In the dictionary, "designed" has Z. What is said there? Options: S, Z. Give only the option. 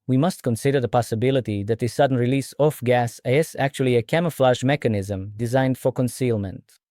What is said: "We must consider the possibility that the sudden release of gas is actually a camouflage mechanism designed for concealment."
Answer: Z